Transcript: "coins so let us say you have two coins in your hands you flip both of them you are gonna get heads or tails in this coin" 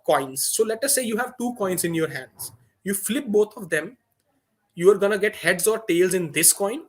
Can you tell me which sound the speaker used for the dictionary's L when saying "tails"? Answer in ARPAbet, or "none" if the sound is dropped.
L